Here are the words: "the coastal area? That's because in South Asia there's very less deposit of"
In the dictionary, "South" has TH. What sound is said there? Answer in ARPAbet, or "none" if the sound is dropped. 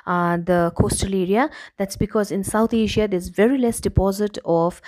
T